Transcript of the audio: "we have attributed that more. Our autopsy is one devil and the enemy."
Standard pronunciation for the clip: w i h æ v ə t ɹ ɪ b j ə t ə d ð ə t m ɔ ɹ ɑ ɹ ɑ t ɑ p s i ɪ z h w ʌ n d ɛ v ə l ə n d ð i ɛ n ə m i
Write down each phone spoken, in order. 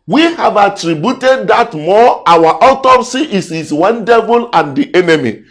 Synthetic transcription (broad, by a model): w i h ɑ v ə t ɹ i b j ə t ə d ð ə t m ɔ w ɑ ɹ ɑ t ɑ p s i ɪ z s w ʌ n d ɛ v ə l ə n d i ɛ n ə m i